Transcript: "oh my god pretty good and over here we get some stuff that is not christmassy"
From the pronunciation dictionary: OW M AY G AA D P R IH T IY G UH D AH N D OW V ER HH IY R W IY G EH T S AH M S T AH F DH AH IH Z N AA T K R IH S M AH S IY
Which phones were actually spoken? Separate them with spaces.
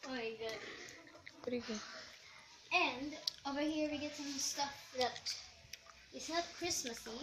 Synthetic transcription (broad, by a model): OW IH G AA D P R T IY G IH AH N D OW V ER HH IY R W IY G EH T S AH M S T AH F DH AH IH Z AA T K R IH S M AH S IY